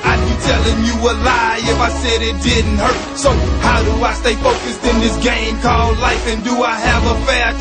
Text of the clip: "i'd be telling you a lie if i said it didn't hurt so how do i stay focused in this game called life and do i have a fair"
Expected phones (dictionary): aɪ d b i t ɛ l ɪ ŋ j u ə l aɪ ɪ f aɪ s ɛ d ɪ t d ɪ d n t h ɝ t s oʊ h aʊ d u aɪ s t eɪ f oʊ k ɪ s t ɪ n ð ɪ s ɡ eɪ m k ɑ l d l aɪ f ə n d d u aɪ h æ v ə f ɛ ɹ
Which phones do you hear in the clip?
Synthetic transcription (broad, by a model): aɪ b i t ɛ l ɪ ŋ j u ə l aɪ ɪ f aɪ s ɛ d ɪ t d ɪ d n t h ɝ t s oʊ h aʊ d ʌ aɪ s t eɪ f oʊ k ɪ s t ɪ n ð ɪ s ɡ eɪ m k ɑ l d l aɪ f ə n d d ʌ aɪ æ v ə f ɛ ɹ